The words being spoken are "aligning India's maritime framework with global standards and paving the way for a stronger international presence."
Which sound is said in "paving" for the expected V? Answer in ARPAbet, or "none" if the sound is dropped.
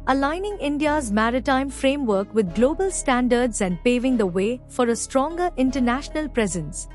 V